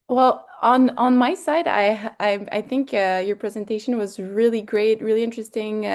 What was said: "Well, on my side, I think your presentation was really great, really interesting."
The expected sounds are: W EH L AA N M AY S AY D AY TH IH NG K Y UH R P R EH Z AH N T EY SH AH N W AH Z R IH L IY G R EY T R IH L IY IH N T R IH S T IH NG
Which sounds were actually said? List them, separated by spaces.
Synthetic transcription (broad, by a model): W EH L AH N M AY S AY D AY TH IH NG K Y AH R P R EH Z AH N T EY SH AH N W AH Z R IH L IY G R EY T R IH L IY IH N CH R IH S T IH NG